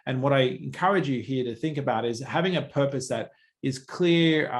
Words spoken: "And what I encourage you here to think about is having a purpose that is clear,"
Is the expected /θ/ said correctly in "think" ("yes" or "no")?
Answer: yes